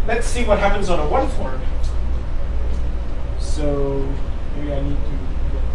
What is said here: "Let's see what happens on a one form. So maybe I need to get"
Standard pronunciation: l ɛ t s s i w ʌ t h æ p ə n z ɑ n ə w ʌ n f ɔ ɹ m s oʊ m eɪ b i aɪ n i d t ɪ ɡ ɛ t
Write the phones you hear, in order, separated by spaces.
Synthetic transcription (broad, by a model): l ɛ t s s i w ʌ t h æ p ə n z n ə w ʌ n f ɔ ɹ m s oʊ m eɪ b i aɪ n i d t ɪ